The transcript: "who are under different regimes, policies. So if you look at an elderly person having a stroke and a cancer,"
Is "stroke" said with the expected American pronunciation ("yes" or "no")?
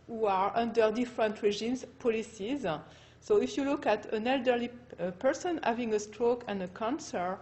yes